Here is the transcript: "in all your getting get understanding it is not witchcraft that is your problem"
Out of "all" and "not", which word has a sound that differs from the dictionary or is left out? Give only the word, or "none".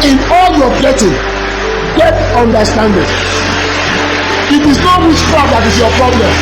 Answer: none